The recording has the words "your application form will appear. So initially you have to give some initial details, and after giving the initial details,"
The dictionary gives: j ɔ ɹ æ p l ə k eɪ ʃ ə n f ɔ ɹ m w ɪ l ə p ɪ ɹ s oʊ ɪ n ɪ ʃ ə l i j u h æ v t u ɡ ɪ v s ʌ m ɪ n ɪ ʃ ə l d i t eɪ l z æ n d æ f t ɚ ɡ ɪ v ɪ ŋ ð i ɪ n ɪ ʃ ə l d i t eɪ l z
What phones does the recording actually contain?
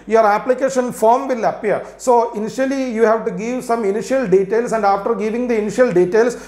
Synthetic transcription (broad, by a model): j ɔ ɹ æ p l ə k eɪ ʃ ə n f ɔ ɹ m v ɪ l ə p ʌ ɹ s oʊ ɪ n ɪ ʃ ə l i j u h æ v t u ɡ ɪ v s ʌ m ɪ n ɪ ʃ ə l d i t eɪ l s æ n d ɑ f t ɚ ɡ ɪ v ɪ ŋ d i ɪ n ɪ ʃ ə l d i t eɪ l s